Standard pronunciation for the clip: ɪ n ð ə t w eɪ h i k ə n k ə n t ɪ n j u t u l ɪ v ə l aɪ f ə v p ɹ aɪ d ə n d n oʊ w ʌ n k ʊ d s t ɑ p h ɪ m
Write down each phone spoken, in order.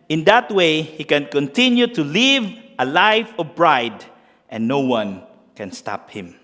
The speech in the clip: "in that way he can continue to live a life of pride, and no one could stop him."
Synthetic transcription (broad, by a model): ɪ n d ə t w eɪ h i k ə n k ə n t ɪ n j u t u l ɪ v ə l aɪ f ə v b ɹ aɪ d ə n n oʊ w ʌ n k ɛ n s t ɑ p h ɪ m